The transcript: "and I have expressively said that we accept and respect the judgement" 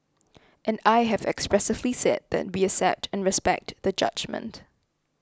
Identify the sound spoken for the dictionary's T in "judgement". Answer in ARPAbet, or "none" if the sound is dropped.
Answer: T